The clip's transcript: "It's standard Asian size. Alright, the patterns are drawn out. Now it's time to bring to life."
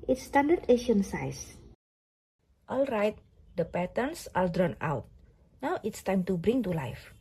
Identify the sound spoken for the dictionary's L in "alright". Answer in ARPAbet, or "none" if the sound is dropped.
L